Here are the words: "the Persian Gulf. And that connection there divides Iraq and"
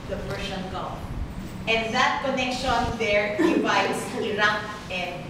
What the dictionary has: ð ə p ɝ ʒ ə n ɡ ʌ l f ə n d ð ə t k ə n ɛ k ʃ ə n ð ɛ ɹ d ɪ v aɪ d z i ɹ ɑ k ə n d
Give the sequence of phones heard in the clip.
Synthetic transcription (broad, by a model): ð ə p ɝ s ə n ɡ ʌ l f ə n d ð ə t k ə n ɛ k ʃ ə n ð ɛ ɹ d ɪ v aɪ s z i ɹ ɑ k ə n